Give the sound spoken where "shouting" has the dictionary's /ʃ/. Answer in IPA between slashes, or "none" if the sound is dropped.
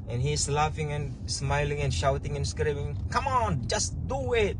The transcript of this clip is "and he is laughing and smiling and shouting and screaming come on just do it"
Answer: /ʃ/